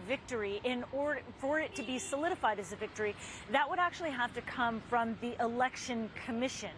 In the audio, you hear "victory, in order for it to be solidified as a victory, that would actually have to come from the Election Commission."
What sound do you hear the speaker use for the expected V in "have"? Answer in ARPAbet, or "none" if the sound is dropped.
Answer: F